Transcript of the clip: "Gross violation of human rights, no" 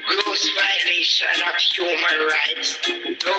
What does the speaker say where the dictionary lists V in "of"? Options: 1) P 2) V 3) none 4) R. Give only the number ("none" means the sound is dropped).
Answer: 1